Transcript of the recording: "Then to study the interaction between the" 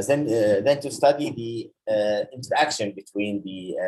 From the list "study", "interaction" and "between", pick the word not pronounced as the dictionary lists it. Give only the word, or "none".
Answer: none